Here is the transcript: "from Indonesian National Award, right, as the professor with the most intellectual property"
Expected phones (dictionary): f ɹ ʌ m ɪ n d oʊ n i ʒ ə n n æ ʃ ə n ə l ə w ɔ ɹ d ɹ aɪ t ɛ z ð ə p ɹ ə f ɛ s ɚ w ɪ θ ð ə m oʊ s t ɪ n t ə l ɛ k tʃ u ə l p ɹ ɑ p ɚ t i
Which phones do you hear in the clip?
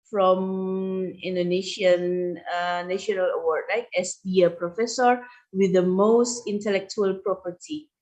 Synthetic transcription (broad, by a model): f ɹ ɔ m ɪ n d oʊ n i ʃ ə n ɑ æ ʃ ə n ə l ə w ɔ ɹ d l aɪ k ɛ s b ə p ɹ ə f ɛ s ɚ w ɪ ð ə m oʊ s t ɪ n t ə l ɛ k tʃ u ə l p ɹ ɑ p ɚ t i